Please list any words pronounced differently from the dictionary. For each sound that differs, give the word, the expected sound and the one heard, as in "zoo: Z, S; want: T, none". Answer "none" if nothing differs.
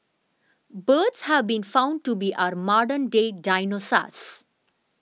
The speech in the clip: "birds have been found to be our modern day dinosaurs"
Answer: none